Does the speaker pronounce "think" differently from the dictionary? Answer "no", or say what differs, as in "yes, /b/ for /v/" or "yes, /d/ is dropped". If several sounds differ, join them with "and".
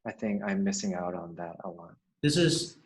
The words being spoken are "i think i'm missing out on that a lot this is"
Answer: no